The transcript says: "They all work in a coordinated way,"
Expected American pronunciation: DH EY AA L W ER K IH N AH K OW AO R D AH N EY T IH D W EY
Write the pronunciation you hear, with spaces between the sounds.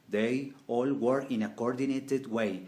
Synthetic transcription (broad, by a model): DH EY AA L W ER IH N AH K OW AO R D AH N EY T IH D W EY